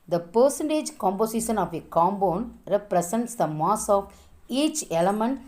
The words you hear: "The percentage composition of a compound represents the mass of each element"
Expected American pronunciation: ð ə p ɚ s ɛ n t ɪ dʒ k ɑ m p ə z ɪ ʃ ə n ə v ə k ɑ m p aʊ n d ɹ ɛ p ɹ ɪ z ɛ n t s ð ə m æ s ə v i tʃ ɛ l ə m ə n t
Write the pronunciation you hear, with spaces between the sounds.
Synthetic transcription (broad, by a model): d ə p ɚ s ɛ n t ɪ dʒ k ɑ m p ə s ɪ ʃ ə n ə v ə k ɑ m b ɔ n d ɹ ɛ p ɹ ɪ s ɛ n t s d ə m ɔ s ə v i tʃ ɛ l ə m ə n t